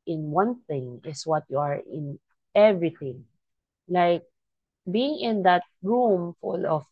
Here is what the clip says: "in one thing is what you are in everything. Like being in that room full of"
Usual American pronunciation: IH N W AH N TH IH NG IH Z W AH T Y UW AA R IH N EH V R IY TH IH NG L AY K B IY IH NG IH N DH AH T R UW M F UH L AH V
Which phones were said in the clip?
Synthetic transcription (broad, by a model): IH N W AH N TH IH NG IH S W AH T Y UW AA R IH N EH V R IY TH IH NG L AY K B IY IH NG IH N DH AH T R UW M F UH L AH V